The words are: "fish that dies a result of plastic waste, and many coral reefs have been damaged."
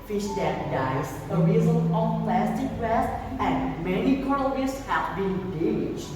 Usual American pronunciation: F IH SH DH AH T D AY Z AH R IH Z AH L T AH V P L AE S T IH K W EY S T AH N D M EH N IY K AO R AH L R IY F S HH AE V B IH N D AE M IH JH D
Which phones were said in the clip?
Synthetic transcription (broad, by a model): F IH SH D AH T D AY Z AH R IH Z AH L AH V P L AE S T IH K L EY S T AH N D M EH N IY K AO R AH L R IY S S HH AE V B IH N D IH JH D